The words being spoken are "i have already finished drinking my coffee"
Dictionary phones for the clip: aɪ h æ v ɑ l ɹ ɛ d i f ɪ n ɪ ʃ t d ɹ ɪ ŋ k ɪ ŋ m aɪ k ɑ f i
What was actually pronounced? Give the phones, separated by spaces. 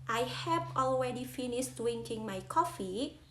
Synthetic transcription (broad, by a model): aɪ h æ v ɑ l ɹ ɛ d i f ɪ n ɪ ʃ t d w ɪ ŋ k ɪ ŋ m aɪ k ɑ f i